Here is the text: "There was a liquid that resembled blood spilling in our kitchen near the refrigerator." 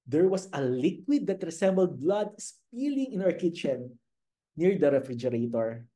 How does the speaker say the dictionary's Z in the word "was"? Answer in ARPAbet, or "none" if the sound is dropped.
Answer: S